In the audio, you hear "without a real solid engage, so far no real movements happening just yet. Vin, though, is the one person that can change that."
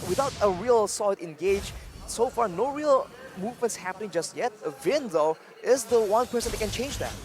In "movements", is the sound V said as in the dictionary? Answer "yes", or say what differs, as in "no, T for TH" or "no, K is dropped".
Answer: yes